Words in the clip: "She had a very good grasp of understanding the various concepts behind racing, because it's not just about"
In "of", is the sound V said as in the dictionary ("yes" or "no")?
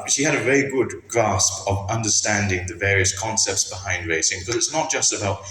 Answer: yes